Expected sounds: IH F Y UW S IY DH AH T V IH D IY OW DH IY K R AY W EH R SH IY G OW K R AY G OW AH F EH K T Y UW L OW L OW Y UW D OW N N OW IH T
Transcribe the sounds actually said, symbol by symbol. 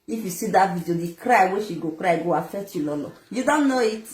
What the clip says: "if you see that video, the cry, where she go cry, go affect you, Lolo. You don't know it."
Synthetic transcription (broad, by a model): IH F Y UW S IY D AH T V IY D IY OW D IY K R AY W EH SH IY G OW K R AY G OW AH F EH T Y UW L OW L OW Y UW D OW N N OW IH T